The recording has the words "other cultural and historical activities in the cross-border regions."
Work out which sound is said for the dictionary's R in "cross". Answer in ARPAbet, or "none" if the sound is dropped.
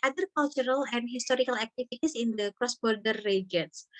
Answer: R